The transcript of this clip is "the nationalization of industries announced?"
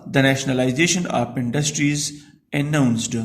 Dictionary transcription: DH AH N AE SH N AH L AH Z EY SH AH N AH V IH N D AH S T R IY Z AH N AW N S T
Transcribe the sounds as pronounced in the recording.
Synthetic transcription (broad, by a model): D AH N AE SH N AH L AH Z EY SH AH N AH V IH N D AH S T R IY Z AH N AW N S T